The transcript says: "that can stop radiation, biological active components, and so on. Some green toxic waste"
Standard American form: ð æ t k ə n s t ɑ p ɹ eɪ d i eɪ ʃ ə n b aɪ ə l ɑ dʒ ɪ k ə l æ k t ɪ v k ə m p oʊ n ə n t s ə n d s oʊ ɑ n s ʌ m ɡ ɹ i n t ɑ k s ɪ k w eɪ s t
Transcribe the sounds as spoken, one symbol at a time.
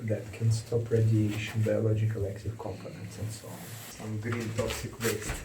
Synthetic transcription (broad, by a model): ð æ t k ə n s t ɑ p ɹ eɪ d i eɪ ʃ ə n b aɪ ə l ɑ dʒ ɪ k ə l æ k t ɪ v k ə m p oʊ n ə n t s ə n d s oʊ ɑ n s ʌ m ɡ ɹ i n t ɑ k s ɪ k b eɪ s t